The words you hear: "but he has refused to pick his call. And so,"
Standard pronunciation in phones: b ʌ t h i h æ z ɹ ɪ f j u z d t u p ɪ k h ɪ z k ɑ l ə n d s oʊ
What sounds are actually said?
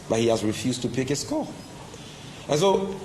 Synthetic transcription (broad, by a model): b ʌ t h i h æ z ɹ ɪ f j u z t u p ɪ k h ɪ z k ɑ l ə n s oʊ